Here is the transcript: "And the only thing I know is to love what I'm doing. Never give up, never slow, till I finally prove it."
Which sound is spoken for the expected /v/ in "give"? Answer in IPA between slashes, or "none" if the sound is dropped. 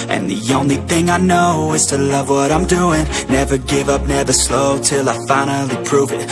/v/